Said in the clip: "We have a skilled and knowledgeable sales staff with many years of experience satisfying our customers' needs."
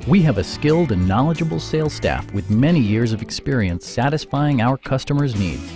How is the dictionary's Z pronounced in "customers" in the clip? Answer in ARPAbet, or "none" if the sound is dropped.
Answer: Z